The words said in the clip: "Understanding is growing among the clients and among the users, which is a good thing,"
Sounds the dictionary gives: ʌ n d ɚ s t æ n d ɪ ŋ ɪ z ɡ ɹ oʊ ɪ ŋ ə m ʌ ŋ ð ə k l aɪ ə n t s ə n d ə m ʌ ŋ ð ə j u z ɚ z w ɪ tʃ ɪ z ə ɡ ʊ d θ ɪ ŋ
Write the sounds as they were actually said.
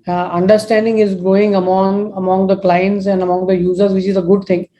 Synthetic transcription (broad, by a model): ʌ n d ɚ s t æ n d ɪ ŋ ɪ z ɡ oʊ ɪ ŋ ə m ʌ ŋ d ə k l aɪ ə n t s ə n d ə m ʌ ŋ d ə j u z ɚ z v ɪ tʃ ɪ z ə ɡ ʊ d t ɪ ŋ